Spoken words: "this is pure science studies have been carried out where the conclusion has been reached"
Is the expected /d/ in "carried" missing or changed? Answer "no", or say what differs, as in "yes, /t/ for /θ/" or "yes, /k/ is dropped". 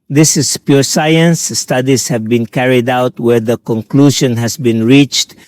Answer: no